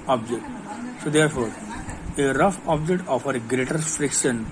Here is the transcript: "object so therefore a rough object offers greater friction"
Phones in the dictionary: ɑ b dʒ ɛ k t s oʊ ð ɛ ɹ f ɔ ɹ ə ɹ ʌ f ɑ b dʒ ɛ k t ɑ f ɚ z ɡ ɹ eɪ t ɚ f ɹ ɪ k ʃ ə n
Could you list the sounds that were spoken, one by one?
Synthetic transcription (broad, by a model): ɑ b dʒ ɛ k t s oʊ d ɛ ɹ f ɔ ɹ ə ɹ ʌ f ɑ b dʒ ɛ k t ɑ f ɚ ɡ ɹ eɪ t ɚ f ɹ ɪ k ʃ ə n